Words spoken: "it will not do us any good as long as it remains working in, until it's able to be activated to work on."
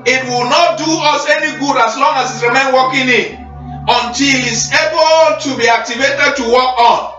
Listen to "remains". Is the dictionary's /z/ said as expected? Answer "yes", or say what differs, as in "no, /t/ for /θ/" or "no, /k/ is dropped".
no, /z/ is dropped